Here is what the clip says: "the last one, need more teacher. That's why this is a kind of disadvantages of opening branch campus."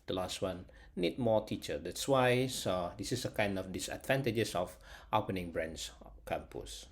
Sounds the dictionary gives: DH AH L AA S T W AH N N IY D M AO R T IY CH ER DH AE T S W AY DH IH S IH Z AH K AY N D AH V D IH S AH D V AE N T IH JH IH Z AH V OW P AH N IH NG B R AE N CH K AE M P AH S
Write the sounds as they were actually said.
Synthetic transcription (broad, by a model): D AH L AA S T W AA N N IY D M AO T IY CH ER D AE T S W AY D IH S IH S AH K AY N D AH F D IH S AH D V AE N T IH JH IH S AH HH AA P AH N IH NG B R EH N S K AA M P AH S